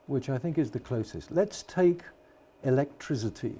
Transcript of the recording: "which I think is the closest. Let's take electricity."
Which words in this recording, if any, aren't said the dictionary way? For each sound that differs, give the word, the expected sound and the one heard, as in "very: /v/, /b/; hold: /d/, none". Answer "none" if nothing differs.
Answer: none